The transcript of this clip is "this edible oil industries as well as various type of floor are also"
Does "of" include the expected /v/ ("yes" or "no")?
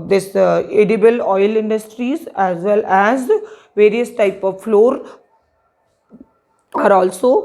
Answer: yes